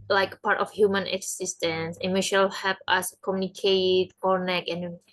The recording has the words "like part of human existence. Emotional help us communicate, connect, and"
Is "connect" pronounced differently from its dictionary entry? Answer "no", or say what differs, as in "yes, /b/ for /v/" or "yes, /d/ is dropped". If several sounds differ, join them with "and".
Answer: yes, /t/ is dropped